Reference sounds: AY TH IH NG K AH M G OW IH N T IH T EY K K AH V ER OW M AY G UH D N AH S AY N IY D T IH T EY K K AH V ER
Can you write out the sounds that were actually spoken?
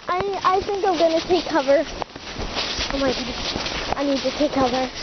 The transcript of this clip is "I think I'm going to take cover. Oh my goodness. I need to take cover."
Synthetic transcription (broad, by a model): AY TH IH NG K AH M G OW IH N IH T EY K K AH V ER OW M AY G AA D AH IH N IY D T IH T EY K K AH V ER